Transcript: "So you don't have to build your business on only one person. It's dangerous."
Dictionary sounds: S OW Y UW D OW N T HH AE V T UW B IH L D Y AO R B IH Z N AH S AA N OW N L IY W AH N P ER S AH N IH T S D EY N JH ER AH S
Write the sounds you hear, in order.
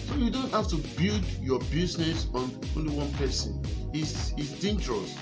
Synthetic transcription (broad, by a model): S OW Y UW D OW N T HH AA F T UW B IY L D Y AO B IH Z N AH S AA N OW N L IY W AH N P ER S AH N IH S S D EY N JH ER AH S